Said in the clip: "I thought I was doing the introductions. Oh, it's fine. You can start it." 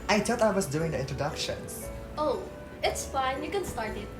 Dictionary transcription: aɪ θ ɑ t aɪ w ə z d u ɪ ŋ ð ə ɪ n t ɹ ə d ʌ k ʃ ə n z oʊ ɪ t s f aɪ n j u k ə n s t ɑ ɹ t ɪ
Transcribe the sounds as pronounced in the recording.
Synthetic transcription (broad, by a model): aɪ t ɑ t aɪ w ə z d u ɪ ŋ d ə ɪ n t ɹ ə d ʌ k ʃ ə n s oʊ ɪ t s f aɪ n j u k ə n s t ɑ ɹ t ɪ